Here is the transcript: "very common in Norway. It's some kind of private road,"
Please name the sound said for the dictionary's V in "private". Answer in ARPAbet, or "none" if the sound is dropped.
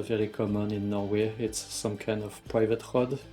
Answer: V